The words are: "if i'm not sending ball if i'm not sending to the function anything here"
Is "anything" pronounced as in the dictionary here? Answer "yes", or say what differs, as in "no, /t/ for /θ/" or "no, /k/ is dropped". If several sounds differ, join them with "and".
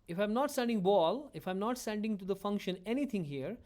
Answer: no, /t/ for /θ/